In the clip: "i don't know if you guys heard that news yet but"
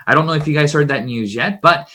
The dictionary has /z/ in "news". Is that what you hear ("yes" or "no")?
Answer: yes